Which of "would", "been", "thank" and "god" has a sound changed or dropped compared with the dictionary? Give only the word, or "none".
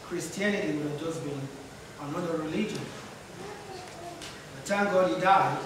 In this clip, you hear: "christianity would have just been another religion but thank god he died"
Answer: thank